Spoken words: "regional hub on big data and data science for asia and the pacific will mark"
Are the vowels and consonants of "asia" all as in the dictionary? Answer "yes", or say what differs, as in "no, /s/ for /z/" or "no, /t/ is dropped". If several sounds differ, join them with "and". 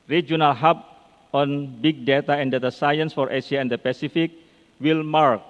no, /s/ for /ʒ/